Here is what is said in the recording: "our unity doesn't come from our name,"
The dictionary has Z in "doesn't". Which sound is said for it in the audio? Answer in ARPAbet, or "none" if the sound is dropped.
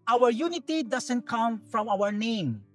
S